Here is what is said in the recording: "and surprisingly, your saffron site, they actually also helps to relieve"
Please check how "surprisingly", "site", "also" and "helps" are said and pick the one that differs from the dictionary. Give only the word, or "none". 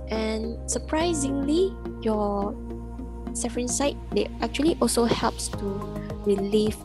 none